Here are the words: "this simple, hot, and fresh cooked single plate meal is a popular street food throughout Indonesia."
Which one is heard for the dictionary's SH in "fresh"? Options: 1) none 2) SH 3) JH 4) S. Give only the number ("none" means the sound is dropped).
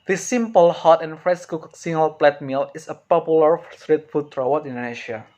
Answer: 4